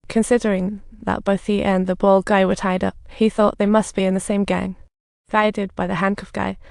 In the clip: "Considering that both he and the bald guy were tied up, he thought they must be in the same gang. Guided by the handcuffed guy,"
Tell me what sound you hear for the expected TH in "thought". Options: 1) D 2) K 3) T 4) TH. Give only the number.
4